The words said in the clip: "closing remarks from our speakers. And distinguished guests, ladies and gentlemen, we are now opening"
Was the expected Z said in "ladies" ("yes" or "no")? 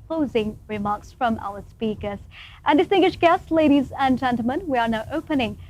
yes